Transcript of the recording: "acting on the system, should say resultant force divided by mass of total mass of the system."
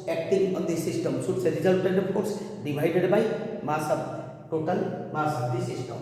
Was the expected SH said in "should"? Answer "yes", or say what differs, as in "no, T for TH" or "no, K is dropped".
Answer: no, S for SH